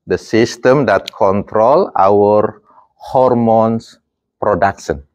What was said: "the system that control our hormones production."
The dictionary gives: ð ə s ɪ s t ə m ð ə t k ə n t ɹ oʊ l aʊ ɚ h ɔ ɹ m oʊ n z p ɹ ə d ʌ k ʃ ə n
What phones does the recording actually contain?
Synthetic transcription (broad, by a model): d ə s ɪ s t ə m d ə t k ə n t ɹ oʊ l aʊ ɚ h ɔ ɹ m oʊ n s p ɹ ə d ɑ k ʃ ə n